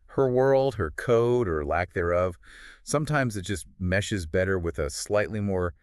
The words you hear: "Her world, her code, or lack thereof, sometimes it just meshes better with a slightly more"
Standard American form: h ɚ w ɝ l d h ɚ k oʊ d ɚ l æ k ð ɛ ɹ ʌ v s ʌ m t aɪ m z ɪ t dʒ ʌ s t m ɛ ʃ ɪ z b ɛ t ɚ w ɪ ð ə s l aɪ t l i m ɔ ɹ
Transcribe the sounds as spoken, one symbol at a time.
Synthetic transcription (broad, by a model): h ɚ w ɝ l d h ɚ k oʊ d ɚ l æ k ð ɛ ɹ ʌ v s ʌ m t aɪ m z ɪ t dʒ ʌ s t m ɛ ʃ ɪ z b ɛ t ɚ w ɪ ð ə s l aɪ t l i m ɔ ɹ